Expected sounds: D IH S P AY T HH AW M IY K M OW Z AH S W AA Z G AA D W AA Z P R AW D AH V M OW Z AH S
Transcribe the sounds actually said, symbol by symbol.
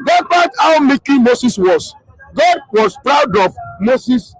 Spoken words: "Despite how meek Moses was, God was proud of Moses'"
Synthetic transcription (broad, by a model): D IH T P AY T AW M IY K M OW S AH S W AA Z G AA D W AA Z P R AW D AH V M OW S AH S